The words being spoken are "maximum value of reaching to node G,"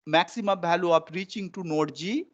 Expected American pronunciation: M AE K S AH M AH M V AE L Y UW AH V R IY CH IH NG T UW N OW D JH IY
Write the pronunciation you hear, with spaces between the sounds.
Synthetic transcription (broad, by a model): M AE K S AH M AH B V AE L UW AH P R IY CH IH NG T UW N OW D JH IY